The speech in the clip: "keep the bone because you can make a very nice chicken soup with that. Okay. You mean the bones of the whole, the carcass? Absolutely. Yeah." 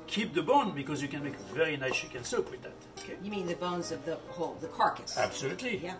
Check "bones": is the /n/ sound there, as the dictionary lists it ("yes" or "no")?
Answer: yes